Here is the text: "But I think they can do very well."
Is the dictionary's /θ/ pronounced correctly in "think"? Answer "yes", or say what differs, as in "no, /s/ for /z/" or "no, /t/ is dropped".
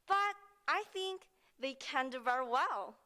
yes